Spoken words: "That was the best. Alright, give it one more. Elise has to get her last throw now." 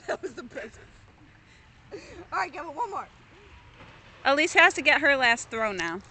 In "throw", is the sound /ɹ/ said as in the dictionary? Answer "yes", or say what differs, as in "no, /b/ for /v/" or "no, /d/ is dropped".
yes